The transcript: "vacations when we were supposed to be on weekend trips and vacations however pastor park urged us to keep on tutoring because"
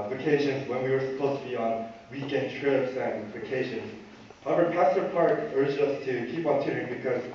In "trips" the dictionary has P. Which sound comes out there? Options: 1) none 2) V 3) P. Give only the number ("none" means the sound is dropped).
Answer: 1